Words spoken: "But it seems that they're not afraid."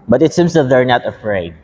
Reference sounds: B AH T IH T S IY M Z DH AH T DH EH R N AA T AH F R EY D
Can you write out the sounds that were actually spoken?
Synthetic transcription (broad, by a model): B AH T IH T S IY M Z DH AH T DH EH R N AA T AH F R EY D